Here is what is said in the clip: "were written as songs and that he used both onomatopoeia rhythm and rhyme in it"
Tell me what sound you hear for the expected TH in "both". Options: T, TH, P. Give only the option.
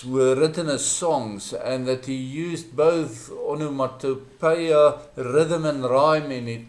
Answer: TH